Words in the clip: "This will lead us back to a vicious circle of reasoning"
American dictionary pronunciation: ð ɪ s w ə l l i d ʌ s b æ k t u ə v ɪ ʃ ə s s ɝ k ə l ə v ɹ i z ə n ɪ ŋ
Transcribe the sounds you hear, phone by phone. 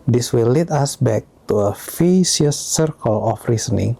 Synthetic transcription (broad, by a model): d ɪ s w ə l l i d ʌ s b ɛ k t u ə f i s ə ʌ s ɝ k ə l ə f ɹ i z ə n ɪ ŋ